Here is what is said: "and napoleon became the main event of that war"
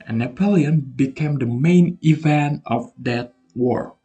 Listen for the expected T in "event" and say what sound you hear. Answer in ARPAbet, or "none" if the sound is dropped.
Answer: T